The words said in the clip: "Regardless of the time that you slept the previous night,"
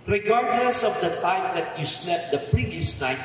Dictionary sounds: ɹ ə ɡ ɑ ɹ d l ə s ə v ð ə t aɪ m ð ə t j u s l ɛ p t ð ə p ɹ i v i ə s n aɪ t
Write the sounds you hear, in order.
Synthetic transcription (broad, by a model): ɹ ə ɡ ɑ ɹ d l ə s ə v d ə t aɪ m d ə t j u s n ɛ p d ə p ɹ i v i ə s n aɪ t